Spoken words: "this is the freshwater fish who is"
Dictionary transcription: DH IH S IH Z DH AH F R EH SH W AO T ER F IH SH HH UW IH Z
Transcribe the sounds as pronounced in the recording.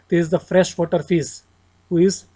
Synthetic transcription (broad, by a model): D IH IH Z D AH F R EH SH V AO T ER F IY S HH UW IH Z